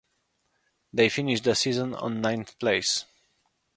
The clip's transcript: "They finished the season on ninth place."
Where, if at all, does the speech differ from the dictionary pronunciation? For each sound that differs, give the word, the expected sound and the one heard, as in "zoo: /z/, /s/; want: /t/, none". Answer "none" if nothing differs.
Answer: none